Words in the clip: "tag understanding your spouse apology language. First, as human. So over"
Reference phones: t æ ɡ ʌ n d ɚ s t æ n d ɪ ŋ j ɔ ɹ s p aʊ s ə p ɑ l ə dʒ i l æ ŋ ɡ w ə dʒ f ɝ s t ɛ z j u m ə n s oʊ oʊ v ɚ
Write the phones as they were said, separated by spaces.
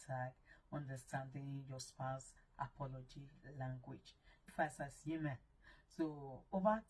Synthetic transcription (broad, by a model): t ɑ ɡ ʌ n d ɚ s t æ n d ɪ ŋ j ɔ s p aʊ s ə p ɑ l ə dʒ i l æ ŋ ɡ w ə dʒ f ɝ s ɑ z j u m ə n s oʊ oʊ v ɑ